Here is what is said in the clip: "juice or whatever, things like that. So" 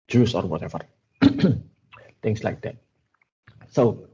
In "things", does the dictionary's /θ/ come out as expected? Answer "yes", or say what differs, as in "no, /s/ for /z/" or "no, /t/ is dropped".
no, /t/ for /θ/